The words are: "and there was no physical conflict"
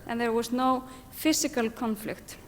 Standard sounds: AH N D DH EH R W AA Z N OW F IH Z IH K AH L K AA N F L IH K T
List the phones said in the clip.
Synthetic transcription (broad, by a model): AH N DH EH R W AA S N OW F IH S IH K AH L K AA N F L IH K T